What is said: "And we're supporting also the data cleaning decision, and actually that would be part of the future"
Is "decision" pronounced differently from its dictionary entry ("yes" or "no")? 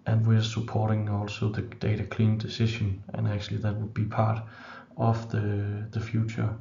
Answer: yes